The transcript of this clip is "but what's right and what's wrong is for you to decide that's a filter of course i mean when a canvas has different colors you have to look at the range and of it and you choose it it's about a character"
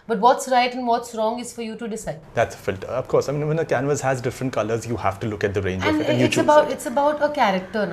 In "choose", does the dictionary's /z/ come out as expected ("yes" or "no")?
no